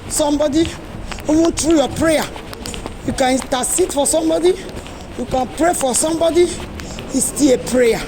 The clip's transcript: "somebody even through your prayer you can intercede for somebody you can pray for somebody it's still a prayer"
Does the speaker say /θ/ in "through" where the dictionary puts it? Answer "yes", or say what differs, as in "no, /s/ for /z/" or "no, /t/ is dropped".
no, /t/ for /θ/